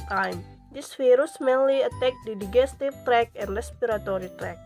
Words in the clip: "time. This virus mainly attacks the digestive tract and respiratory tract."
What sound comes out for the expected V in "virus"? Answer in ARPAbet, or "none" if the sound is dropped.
F